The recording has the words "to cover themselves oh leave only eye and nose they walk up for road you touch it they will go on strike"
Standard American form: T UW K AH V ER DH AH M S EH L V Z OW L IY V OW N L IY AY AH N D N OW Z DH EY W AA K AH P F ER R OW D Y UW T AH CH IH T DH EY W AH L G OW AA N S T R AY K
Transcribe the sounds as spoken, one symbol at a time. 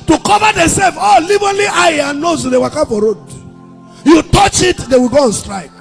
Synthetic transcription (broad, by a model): T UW K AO V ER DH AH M S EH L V OW L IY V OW L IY AY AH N N OW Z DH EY W AA K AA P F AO R OW D Y UW T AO CH IH T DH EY W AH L G OW AA N S T R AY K